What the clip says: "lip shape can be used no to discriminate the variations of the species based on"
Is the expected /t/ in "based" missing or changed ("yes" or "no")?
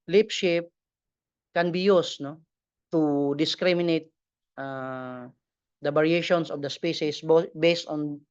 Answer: no